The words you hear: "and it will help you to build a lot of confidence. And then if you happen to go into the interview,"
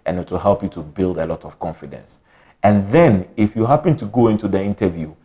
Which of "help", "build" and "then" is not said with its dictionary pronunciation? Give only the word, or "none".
none